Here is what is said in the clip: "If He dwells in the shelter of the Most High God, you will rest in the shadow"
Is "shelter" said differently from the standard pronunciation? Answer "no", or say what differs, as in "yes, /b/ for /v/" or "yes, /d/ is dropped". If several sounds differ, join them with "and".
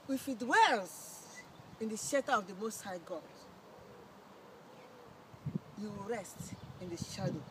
yes, /l/ is dropped